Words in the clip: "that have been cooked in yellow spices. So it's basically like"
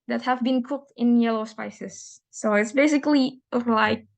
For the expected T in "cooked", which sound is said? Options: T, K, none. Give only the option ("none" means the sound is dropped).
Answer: T